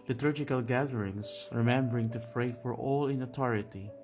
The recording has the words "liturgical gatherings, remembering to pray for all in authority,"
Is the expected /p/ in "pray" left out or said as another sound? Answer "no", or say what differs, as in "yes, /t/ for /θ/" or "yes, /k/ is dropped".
yes, /f/ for /p/